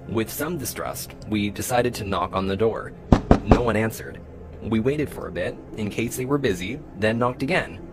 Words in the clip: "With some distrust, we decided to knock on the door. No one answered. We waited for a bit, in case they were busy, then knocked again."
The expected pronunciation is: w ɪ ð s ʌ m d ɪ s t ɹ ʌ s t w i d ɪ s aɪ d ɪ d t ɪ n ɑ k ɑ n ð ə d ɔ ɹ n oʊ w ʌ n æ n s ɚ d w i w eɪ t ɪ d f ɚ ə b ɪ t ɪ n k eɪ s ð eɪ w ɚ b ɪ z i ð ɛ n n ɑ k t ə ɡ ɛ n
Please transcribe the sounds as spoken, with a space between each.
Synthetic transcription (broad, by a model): w ɪ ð s ʌ m d ɪ s t ɹ ʌ s t w i d ɪ s aɪ d ɪ d t ɪ n ɑ k n ð ə d ɔ ɹ n oʊ w ʌ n æ n s ɚ d w i w eɪ t ɪ d f ɚ ə b ɪ t ɪ n k eɪ s ð eɪ w ɚ b ɪ z i ð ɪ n n ɑ k t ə ɡ ɛ n